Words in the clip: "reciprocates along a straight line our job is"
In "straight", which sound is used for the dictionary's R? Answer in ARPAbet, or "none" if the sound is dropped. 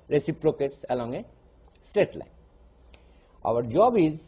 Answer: none